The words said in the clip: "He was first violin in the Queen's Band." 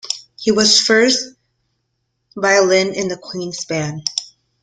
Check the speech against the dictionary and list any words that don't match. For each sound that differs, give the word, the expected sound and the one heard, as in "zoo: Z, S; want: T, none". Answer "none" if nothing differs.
band: D, none